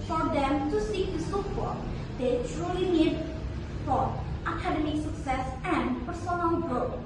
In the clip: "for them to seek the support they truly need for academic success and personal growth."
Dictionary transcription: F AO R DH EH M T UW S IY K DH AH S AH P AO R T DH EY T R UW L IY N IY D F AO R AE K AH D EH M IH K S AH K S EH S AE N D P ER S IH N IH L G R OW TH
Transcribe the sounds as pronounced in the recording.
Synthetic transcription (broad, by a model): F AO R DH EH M T UW S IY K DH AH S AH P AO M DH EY T R UW L IY N IY D F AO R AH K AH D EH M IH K S AH K S EH S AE N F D S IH L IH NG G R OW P